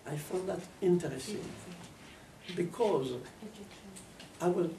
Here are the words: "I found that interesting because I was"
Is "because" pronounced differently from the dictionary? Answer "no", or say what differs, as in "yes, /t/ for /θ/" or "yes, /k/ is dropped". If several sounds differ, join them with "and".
no